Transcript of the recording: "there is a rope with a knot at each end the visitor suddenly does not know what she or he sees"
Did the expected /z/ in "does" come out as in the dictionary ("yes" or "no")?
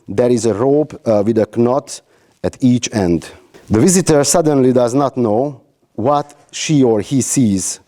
yes